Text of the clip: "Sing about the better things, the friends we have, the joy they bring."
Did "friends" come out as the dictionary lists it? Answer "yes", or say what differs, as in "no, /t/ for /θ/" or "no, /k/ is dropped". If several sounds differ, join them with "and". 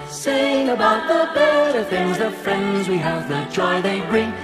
yes